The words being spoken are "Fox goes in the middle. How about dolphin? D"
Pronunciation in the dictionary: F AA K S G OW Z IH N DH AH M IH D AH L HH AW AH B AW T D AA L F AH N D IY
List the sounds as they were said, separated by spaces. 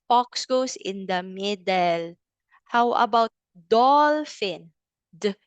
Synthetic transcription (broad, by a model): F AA K S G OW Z IH N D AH M IH D AH L HH AW AH B AW T D AA L F AH N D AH